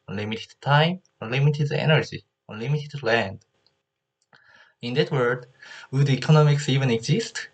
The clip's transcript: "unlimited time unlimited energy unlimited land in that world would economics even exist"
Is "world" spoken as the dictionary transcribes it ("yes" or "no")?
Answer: no